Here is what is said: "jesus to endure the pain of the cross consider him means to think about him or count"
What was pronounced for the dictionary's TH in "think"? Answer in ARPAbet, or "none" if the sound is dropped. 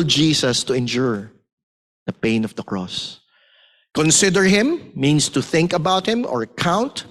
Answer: TH